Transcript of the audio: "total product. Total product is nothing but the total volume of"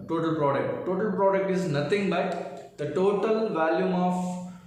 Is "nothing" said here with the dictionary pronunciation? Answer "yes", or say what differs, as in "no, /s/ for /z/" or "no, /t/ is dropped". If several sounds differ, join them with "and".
no, /t/ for /θ/